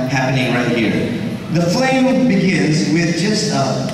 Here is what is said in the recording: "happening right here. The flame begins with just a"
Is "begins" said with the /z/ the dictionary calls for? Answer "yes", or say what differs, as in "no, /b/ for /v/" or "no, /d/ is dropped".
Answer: yes